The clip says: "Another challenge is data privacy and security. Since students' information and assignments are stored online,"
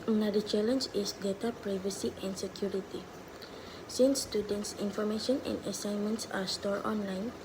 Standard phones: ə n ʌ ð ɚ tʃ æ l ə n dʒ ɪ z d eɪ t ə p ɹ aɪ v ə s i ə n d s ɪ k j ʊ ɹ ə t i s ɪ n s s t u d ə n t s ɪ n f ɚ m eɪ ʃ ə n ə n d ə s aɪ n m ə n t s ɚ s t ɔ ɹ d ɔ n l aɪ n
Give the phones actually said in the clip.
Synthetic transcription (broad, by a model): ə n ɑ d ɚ tʃ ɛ l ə n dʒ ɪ s d eɪ t ə p ɹ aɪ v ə s i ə n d s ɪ k j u ɹ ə t i s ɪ n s s t u d ə n t s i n f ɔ m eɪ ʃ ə n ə n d ə s aɪ n m ə n t s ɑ s t ɔ ɹ ɔ n l aɪ n